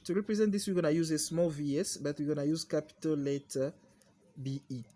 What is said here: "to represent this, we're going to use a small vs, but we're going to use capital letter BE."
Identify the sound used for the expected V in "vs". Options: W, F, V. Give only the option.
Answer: V